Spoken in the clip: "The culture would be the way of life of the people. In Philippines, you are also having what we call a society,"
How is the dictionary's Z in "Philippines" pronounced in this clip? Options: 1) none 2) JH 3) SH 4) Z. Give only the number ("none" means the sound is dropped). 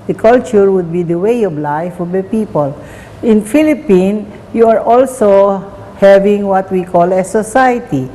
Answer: 1